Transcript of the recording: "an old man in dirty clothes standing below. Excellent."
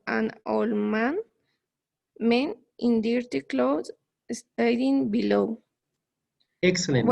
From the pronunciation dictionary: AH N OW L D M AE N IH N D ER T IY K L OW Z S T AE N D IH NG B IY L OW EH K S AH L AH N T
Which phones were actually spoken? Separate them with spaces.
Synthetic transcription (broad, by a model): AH N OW L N M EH N IH N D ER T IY K L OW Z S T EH D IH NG B IY L OW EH K S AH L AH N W